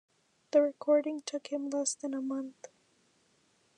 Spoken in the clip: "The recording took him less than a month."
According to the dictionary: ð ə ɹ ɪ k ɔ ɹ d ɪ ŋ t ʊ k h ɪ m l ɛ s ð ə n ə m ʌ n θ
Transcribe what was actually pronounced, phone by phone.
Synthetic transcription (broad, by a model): ð ə ɹ ɪ k ɔ ɹ d ɪ ŋ t ʊ k h ɪ m l ɛ s ð ə n ə m ʌ n θ